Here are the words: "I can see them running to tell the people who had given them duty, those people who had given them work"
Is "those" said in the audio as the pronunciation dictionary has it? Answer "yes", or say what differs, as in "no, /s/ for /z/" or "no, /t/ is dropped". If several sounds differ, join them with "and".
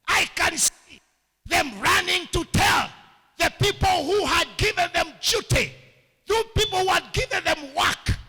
no, /z/ is dropped